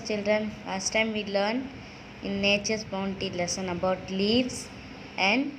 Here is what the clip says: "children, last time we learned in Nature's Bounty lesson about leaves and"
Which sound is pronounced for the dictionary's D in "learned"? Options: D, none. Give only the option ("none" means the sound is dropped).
none